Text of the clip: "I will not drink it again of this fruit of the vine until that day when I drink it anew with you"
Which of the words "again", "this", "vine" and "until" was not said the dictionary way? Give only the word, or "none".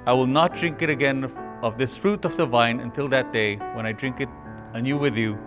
none